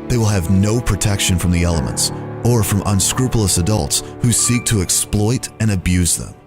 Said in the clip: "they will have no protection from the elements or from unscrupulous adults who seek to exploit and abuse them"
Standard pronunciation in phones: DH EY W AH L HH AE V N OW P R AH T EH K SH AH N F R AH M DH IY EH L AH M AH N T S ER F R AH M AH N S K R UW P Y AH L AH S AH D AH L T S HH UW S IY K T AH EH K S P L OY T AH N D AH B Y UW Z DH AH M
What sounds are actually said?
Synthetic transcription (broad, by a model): DH EY W AH L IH V N OW P R AH T EH K SH AH N F R AH M DH IY EH L AH M AH N T S ER F R AH M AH N S K R UW P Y L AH S AH D AH L T S HH UW S IY K T AH EH K S P L OY T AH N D AH B Y UW Z DH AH M